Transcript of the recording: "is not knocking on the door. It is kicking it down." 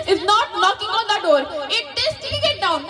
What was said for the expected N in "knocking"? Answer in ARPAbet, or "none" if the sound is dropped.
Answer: L